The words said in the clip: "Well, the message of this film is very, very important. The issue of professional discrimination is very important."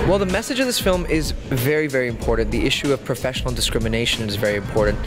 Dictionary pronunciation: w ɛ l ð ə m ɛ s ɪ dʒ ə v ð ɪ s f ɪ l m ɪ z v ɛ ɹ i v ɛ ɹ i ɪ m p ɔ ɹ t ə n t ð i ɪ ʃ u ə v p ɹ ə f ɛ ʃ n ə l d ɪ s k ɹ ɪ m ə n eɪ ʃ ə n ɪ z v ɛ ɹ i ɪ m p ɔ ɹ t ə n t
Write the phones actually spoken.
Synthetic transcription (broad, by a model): w ɛ l ð ə m ɛ s ɪ dʒ ə v ð ɪ s f ɪ l m ɪ z v ɛ ɹ i v ɛ ɹ i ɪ m p ɔ ɹ t n ð i ɪ ʃ u ə v p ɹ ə f ɛ ʃ n l d ɪ s k ɹ ɪ m ə n eɪ ʃ ə n ɪ z v ɛ ɹ i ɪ m p ɔ ɹ t n t